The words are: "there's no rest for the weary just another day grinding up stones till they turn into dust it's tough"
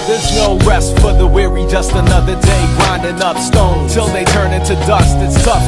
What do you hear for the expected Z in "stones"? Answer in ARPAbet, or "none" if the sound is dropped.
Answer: none